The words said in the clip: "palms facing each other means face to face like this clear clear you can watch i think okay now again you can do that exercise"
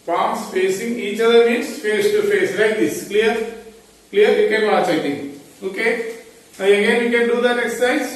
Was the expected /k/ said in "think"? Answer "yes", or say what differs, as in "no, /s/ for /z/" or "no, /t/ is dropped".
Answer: no, /k/ is dropped